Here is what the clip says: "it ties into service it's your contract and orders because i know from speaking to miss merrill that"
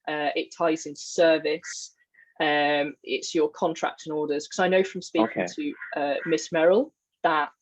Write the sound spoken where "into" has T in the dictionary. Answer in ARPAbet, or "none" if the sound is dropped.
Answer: S